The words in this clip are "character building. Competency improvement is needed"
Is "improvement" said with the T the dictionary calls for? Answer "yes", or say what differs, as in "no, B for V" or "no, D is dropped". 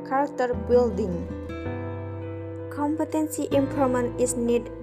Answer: no, T is dropped